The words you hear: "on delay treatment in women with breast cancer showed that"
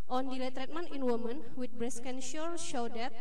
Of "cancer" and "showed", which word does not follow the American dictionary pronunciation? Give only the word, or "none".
cancer